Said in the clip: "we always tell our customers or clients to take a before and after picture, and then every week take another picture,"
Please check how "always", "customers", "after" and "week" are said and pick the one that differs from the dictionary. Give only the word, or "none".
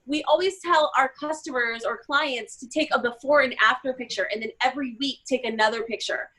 none